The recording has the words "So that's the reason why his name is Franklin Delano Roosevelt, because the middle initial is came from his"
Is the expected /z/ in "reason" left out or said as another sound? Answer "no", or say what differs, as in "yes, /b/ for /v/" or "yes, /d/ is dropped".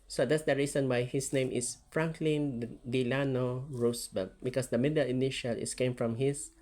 yes, /s/ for /z/